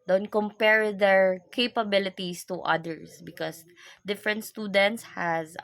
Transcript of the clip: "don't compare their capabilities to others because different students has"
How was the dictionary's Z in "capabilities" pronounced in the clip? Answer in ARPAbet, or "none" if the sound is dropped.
S